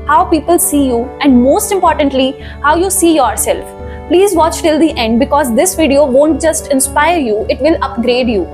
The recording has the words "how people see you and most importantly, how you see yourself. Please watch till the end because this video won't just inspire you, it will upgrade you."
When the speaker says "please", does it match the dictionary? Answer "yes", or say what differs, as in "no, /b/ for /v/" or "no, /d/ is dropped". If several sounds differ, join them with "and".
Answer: yes